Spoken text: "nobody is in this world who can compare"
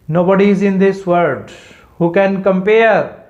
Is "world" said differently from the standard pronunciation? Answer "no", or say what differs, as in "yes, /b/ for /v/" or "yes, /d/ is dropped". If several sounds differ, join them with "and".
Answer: yes, /l/ is dropped